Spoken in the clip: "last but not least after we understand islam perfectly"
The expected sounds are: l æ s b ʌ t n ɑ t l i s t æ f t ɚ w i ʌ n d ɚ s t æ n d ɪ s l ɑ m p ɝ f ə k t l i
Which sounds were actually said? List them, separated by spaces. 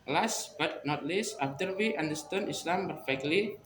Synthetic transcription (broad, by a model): l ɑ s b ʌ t n ɑ t l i s ɑ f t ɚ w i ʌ n d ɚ s t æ n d ɪ s l ɑ m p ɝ f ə k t l i